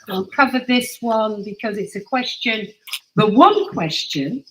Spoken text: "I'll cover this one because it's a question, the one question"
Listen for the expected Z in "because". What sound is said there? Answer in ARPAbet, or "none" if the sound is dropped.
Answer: Z